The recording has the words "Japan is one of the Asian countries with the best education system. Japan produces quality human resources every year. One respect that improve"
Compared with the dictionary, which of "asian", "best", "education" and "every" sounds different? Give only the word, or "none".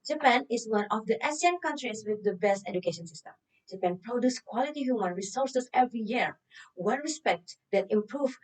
asian